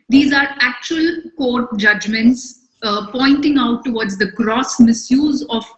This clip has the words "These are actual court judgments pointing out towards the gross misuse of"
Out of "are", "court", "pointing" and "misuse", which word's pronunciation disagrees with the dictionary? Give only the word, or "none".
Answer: none